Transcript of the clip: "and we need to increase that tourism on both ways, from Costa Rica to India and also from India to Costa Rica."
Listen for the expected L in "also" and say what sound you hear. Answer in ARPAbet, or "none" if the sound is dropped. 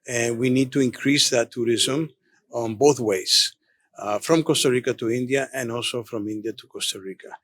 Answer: L